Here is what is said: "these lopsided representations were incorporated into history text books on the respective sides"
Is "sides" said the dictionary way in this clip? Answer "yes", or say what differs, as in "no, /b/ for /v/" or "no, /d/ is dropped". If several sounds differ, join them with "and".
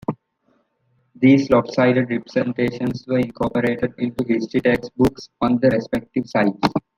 no, /s/ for /z/